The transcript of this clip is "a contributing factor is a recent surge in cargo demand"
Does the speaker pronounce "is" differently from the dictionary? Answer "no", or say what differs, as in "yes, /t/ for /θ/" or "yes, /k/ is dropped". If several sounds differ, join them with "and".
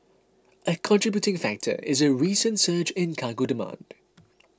no